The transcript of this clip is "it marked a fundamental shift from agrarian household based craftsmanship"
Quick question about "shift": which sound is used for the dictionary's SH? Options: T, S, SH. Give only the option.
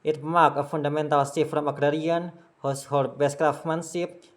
S